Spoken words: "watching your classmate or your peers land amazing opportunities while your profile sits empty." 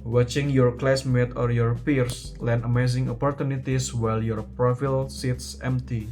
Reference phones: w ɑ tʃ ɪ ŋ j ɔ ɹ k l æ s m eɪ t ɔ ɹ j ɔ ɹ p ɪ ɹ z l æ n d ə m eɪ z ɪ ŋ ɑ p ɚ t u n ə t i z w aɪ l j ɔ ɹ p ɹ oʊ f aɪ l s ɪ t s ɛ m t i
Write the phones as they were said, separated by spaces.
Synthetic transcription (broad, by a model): w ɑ tʃ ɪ ŋ j ɔ ɹ k l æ s m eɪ t ɔ ɹ j ɔ ɹ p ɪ ɹ s l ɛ n ə m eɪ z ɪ ŋ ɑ p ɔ t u n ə t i s w aɪ l j ɔ ɹ p ɹ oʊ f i l s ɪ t s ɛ m t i